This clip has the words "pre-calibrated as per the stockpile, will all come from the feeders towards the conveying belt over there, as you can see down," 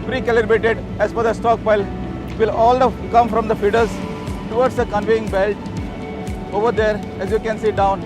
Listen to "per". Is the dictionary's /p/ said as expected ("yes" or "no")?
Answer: no